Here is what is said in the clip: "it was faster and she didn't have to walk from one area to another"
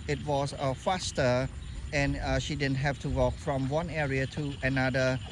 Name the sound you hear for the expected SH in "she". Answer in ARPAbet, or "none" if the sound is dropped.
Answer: SH